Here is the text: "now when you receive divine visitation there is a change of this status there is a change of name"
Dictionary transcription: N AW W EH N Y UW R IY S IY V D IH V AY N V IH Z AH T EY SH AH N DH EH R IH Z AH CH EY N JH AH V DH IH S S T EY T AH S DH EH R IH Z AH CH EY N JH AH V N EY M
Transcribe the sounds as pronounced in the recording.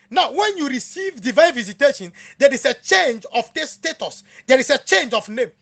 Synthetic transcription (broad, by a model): N AW W EH N Y UW R IY S IY V D IH V AY N V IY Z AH T EY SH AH N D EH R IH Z AH CH EY N JH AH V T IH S S T EY T AH S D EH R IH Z AH CH EY N JH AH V N EY M